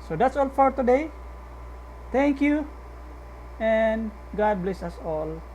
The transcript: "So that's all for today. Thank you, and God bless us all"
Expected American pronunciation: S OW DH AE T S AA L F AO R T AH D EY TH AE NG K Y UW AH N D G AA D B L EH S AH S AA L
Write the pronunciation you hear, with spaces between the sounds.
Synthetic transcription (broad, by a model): S OW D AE T S AA L F AO R T AH D EY T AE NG K Y UW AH N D G AA D B L EH S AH S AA L